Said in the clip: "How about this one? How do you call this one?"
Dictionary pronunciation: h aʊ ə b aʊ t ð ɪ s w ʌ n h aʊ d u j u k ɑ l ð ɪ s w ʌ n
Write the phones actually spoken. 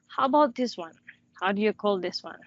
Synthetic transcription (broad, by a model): h aʊ ə b aʊ t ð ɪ s w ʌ n h aʊ d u j u k ɑ l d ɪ s w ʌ n